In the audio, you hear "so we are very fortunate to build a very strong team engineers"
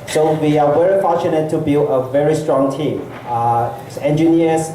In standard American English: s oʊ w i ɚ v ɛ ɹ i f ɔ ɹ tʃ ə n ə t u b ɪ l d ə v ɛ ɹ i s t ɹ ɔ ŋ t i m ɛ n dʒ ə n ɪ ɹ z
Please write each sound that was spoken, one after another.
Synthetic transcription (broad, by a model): s oʊ w i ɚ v ɛ ɹ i f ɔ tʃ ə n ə t u b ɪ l ə v ɛ ɹ i s t ɹ ɔ ŋ t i m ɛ n dʒ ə n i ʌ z